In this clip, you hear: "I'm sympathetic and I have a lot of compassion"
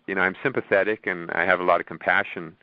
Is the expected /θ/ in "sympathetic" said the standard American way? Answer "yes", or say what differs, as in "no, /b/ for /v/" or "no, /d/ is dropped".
yes